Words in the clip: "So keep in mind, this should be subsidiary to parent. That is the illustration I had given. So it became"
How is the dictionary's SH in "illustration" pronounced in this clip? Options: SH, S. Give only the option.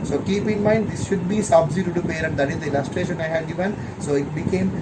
SH